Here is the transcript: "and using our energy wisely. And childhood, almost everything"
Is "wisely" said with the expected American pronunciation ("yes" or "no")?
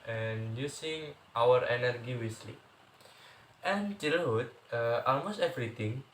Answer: no